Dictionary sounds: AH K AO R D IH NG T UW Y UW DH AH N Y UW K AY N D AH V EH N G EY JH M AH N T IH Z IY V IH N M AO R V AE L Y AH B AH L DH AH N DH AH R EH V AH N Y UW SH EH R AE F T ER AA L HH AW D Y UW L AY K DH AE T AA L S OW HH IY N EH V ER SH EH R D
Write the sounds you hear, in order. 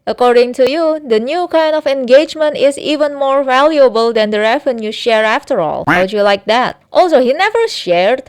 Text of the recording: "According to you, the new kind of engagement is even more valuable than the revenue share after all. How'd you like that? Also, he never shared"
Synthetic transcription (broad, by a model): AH K AO R D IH NG T UW Y UW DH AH N Y UW K AY N D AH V EH N G EY JH M AH N T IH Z IY V IH N M AO R V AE L Y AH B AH L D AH N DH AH R EH V AH N Y UW SH EH R AE F T ER AA L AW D Y UW L AY K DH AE T AA L S OW HH IY N EH V ER SH EH R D